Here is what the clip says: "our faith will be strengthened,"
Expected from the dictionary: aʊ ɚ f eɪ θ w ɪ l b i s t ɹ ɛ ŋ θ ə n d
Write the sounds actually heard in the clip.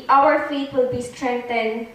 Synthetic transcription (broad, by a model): aʊ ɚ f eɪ t w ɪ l b i s t ɹ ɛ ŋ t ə n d